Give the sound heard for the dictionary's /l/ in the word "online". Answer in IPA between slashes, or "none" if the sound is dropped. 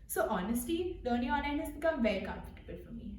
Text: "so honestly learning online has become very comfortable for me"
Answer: none